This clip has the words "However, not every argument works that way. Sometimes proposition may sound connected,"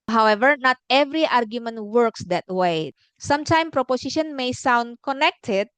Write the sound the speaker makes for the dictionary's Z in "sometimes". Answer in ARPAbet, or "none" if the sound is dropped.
none